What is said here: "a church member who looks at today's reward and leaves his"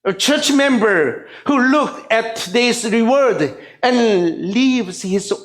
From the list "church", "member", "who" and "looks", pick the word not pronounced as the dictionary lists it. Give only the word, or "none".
looks